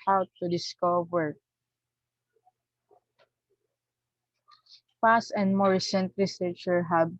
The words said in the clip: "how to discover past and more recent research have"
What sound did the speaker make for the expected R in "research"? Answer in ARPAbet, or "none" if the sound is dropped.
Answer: L